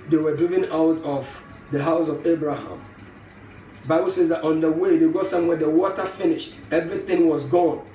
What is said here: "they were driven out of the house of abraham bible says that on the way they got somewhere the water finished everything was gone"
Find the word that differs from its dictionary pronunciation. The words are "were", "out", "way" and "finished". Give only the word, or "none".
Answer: none